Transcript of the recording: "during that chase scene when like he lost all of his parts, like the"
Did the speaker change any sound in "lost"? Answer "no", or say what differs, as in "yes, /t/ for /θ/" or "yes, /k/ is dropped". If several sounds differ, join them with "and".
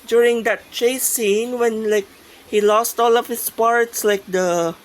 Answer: no